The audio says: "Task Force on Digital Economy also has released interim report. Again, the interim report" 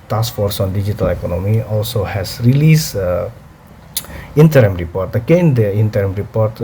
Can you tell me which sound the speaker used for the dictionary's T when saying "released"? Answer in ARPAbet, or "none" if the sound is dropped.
none